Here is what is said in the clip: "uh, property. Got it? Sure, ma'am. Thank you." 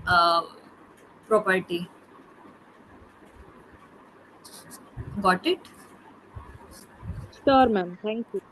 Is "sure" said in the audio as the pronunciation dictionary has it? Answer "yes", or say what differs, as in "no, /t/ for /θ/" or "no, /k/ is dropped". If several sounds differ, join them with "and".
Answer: no, /s/ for /ʃ/